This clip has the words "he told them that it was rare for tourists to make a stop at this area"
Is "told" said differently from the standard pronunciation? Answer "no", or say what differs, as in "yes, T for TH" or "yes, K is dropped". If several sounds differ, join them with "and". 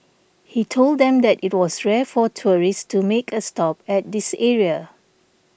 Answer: no